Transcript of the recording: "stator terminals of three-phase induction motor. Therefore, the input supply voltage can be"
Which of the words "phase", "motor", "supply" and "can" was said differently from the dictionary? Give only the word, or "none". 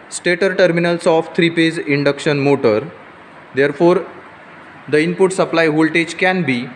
phase